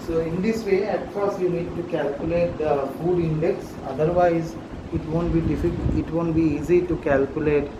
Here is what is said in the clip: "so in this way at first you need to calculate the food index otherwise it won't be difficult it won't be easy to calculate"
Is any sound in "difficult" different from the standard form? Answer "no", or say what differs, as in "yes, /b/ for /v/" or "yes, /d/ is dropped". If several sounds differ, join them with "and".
yes, /l/ is dropped